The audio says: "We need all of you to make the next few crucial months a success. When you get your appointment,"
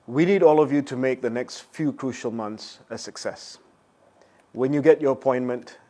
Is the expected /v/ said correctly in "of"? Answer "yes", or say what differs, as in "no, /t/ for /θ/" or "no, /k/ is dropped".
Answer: yes